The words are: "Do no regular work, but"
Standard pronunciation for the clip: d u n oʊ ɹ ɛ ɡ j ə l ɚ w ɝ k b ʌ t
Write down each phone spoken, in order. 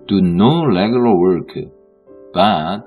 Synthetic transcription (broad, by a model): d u n oʊ l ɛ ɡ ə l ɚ w ɝ k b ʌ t